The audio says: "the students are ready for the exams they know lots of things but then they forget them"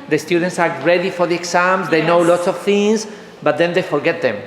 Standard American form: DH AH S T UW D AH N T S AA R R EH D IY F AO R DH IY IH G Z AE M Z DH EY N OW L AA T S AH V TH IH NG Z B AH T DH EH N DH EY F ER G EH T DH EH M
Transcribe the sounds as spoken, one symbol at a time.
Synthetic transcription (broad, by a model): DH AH S T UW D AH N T S AA R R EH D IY F AO R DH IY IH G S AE M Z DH EY N OW L AA T S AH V TH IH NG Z B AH T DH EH N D EY F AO G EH T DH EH M